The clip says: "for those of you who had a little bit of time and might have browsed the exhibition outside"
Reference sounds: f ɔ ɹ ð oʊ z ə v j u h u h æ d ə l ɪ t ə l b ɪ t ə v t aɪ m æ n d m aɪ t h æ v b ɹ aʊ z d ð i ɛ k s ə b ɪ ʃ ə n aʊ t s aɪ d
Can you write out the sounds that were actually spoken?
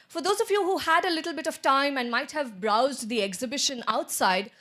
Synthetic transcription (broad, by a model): f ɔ ɹ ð oʊ z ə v j u h u h æ d ə l ɪ t l b ɪ t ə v t aɪ m æ n d m aɪ t h æ v b ɹ aʊ z d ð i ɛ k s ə b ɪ ʃ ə n aʊ t s aɪ d